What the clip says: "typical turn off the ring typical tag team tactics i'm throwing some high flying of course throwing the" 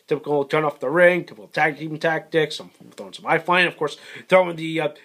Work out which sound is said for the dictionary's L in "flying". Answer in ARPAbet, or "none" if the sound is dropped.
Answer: none